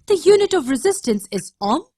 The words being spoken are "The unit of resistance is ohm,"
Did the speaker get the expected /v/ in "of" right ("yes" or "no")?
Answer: yes